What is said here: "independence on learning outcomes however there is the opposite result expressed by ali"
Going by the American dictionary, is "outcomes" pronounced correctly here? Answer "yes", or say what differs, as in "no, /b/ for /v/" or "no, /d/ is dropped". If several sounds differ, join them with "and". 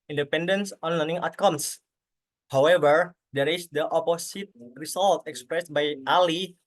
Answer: no, /s/ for /z/